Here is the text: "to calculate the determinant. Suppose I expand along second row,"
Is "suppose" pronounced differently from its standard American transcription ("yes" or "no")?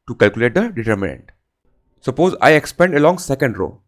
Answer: no